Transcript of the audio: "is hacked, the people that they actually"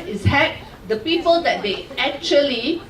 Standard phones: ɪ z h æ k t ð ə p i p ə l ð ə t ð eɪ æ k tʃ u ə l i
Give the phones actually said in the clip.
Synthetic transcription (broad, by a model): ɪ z h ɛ t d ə p i p ə l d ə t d eɪ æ k tʃ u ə l i